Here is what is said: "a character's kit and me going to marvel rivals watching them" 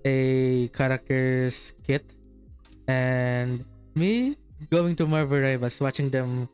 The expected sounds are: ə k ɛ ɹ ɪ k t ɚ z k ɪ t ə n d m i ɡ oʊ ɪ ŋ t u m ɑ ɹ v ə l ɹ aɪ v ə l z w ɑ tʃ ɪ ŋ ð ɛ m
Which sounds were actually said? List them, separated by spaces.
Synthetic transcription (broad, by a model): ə k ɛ ɹ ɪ k t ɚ s k ɪ t ə n d m i ɡ oʊ ɪ ŋ t u m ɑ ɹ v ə ɹ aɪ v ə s w ɑ tʃ ɪ ŋ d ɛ m